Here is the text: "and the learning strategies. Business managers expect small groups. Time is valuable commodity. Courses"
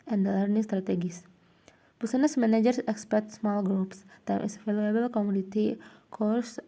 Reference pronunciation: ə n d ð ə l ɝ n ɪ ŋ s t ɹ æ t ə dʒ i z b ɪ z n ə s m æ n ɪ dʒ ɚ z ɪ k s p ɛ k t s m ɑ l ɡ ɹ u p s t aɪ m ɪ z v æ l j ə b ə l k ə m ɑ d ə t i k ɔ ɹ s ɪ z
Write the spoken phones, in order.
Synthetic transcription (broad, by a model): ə n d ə l ɝ n ɪ ŋ s t ɹ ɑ t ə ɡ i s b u s n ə s m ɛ n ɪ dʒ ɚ s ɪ k s p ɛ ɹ t s m ɑ l ɡ ɹ u p s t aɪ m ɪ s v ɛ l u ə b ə l k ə m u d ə t i k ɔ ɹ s